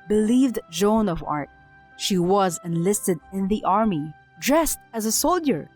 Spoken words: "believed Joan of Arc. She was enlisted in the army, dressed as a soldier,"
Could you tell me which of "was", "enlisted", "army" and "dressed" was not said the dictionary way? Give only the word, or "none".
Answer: none